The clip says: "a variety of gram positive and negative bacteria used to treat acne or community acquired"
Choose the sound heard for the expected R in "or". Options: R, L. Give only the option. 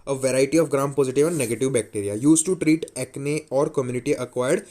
R